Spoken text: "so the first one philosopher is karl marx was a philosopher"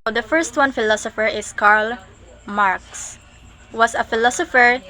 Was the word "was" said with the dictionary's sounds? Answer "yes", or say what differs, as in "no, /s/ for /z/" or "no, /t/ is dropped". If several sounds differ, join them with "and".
no, /s/ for /z/